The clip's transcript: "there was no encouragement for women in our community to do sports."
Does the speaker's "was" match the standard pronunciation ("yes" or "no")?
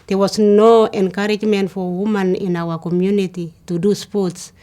no